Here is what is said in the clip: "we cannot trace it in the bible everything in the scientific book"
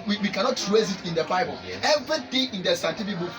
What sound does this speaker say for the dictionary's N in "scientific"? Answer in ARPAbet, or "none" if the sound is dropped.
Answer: none